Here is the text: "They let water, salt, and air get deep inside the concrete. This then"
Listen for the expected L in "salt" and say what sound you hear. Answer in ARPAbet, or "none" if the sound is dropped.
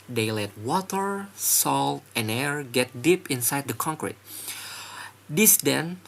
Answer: L